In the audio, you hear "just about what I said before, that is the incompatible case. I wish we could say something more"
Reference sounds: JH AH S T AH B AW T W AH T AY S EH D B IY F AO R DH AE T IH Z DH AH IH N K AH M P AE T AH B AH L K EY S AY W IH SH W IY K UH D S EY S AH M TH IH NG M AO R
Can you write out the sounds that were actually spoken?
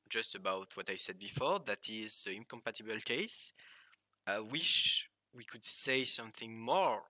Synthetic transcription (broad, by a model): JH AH S T AH B AW T W AH T AY S EH D B IY F AO R DH AE T IH Z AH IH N K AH M P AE T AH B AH L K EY S AY W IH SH W IY K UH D S EY S AH M TH IH NG M AO R